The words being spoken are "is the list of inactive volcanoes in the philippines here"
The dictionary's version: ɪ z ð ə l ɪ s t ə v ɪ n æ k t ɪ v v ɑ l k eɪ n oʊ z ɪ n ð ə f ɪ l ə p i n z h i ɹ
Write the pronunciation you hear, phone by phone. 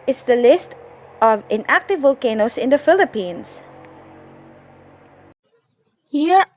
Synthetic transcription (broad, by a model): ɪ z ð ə l ɪ s t ə v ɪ n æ k t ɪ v v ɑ l k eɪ n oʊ s ɪ n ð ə f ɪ l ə p i n s h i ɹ